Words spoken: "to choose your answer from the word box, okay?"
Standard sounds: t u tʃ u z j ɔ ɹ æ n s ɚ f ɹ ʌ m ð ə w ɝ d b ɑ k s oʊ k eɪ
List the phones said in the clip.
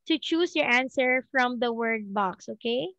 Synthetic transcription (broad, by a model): t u tʃ u s j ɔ ɹ æ n s ɚ f ɹ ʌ m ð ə w ɝ d b ɑ k s oʊ k eɪ